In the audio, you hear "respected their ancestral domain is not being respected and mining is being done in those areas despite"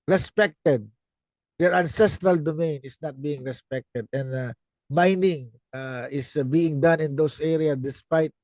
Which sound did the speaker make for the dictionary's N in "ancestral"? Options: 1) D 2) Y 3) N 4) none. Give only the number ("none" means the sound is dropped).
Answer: 3